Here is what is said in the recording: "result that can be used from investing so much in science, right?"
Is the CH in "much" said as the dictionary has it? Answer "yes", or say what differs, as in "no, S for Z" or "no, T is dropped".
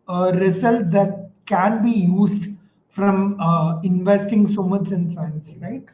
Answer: no, S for CH